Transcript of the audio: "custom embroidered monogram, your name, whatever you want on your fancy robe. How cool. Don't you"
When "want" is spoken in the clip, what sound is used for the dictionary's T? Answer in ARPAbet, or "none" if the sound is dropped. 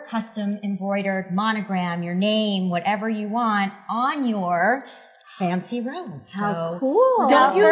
T